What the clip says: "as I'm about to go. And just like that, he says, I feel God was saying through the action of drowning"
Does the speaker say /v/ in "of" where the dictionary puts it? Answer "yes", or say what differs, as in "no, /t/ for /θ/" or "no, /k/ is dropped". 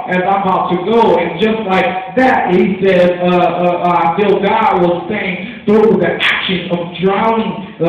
yes